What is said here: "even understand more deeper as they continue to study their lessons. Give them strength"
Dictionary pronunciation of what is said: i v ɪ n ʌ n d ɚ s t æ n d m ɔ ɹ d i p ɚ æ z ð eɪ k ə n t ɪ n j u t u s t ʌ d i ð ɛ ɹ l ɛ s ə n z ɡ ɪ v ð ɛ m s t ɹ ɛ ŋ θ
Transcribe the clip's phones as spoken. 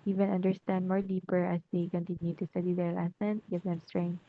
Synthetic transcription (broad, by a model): i v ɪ n ʌ n d ɚ s t æ n d m ɔ ɹ d i p ɚ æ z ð eɪ k ə n t ɪ n j u t u s t ʌ d i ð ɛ ɹ l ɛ s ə n ɡ ɪ v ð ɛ m s t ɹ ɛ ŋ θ